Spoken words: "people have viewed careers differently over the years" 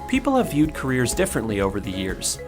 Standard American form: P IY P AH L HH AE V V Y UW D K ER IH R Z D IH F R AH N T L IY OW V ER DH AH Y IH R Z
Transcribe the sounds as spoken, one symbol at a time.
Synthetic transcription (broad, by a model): P IY P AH L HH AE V V Y UW D K ER IH R Z D IH F R AH N T L IY OW V ER DH AH Y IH R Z